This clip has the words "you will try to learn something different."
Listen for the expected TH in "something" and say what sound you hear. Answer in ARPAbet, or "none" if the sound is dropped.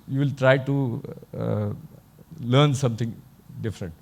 T